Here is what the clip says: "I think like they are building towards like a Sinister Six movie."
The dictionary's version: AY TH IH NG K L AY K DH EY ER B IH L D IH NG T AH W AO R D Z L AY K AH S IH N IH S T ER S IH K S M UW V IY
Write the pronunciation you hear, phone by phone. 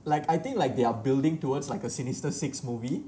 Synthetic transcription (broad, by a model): AY T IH NG K L AY K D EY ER B IH L D IH NG T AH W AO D S L AY K AH S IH N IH S T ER S IH K S M UW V IY